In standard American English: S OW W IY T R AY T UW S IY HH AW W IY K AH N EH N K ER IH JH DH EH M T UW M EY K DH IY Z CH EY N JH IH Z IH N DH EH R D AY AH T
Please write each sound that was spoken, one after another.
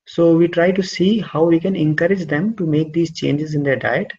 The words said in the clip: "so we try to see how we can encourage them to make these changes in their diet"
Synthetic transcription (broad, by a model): S OW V IY T R AY T UW S IY HH AW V IY K AH N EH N K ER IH JH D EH M T UW M EY K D IY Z CH EY N JH IH Z IH N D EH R D AY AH T